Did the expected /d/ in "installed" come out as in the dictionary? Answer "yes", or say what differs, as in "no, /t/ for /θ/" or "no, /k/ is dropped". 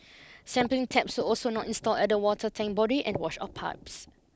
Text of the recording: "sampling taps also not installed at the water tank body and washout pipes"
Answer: no, /d/ is dropped